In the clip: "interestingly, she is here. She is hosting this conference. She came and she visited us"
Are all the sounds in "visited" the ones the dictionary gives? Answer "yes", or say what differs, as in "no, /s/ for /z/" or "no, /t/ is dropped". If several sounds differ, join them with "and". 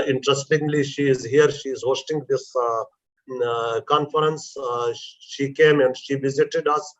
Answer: yes